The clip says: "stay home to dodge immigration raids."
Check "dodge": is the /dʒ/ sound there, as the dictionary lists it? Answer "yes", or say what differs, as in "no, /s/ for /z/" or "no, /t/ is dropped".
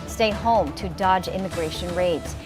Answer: yes